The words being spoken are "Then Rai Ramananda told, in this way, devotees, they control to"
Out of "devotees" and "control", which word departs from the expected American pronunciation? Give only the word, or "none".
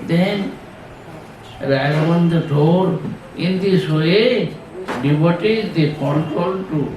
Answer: devotees